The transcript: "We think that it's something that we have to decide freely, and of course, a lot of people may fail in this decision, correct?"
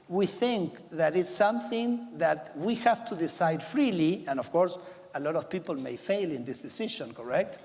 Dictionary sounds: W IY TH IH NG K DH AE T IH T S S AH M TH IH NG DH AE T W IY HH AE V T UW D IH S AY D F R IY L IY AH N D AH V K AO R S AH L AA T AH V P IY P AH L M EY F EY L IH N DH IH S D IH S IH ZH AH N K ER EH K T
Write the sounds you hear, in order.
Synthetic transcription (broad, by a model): W IY TH IH NG K DH AE T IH T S S AH M TH IH NG DH AE T W IY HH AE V T UW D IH S AY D F R IY L IY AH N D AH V K AO R S AH L AA T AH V P IY P AH L M EY F EY L IH N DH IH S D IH S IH SH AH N K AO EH K T